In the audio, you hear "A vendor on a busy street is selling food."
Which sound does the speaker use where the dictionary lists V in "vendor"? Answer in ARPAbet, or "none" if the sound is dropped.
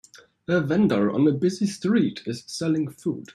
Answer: V